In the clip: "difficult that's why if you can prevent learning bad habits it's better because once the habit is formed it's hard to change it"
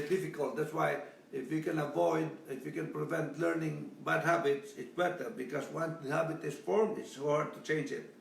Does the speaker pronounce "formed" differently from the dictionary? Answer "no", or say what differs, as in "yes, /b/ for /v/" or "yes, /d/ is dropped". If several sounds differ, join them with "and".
yes, /d/ is dropped